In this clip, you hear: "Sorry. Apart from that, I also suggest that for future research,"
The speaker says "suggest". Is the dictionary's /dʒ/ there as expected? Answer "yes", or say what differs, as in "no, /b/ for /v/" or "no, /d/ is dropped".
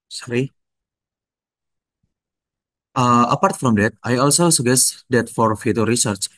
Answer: no, /dʒ/ is dropped